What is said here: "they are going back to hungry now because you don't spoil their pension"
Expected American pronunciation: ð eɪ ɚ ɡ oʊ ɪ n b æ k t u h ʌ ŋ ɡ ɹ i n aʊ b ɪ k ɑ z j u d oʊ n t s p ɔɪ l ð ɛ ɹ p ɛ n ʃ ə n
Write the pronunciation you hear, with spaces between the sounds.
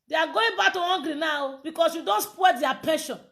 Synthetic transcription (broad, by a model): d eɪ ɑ ɡ oʊ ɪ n b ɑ k t u h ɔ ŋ ɡ ɹ i n aʊ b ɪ k ɑ s j u d oʊ n t s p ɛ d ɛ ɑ p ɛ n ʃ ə n